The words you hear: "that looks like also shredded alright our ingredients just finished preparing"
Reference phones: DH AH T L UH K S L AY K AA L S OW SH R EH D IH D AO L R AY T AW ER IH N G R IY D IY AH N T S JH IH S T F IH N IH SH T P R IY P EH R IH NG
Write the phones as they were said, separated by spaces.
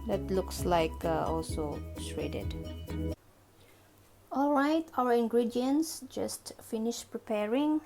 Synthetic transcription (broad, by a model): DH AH T L UH K S L AY K AA L S OW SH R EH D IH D AO L R AY T AW ER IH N G R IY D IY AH N S JH IH S T F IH N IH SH P R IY P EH R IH NG